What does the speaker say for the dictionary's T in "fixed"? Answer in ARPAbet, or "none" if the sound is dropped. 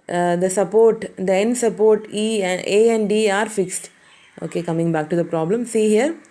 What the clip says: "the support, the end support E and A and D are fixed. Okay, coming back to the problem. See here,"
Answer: T